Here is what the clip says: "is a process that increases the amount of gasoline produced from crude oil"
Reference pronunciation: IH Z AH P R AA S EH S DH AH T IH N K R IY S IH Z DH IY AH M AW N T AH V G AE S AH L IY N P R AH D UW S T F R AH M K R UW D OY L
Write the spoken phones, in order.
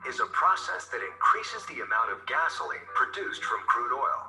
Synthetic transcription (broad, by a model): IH Z AH P R AA S EH S DH AH T IH N K R IY S IH Z DH IY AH M AW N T AH V G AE S L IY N P R AH D UW S T F R AH M K R UW D OY L